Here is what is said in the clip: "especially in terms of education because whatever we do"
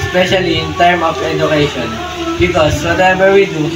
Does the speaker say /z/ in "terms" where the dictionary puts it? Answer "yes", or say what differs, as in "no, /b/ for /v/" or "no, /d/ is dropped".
no, /z/ is dropped